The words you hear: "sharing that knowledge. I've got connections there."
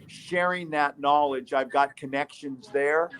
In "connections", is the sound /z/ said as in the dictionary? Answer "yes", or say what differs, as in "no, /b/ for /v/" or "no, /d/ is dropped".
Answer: yes